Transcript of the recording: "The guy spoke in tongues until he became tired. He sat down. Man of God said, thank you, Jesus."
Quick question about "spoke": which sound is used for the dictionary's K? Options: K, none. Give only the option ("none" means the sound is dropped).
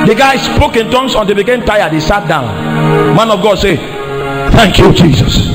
K